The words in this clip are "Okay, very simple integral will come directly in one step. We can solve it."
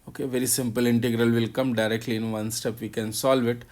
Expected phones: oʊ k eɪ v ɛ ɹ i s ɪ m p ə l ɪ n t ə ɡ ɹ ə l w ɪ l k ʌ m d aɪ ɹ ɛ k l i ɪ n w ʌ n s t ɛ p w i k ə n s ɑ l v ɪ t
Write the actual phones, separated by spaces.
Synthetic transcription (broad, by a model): oʊ k eɪ v ɛ ɹ i s ɪ m p ə l ɪ n t ə ɡ ɹ ə l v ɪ l k ʌ m d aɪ ɹ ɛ k l i ɪ n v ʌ n s t ɛ p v i k ə n s ɑ l v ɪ t